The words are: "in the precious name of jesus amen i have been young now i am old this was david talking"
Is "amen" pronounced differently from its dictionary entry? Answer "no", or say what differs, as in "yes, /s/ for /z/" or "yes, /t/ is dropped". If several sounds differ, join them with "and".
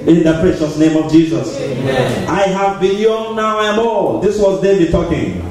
yes, /m/ is dropped